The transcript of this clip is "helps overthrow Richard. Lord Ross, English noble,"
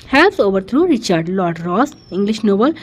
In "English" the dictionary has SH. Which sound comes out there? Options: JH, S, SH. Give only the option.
SH